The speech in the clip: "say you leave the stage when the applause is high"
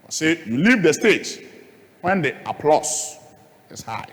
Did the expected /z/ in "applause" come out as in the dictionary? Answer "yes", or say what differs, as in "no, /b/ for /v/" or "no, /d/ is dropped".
no, /s/ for /z/